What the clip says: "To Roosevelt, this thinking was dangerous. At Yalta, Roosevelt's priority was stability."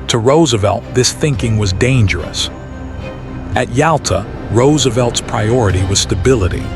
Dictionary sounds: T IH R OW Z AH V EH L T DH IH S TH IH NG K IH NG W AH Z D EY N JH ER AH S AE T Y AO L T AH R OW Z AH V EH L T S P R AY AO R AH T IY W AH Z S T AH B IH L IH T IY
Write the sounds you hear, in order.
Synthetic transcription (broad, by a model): T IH R OW Z AH V EH L T DH IH S TH IH NG K IH NG W AH Z D EY N JH ER AH S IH T Y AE L T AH R OW Z AH V EH L T S P R AY AO R AH T IY W AH Z S T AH B IH L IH T IY